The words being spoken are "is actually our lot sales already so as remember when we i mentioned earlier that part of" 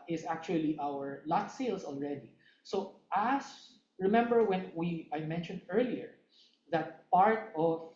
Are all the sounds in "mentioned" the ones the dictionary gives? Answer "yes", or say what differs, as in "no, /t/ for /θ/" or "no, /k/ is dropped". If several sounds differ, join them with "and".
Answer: yes